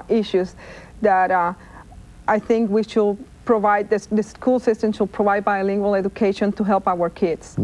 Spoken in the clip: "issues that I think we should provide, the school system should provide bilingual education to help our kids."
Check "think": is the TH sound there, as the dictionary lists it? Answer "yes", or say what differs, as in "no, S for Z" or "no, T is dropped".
yes